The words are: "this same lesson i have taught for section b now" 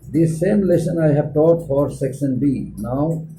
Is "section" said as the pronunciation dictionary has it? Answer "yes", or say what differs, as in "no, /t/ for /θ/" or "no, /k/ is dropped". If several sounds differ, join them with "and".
no, /s/ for /ʃ/